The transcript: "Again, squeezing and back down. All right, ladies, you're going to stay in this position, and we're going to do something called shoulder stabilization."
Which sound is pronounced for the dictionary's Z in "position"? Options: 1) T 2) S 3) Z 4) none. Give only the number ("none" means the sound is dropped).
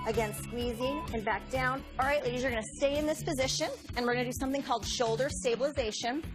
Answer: 3